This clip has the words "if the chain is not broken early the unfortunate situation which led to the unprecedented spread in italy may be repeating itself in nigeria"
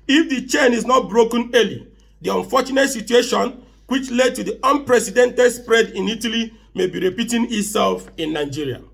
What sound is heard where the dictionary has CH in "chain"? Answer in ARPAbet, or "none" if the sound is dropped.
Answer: CH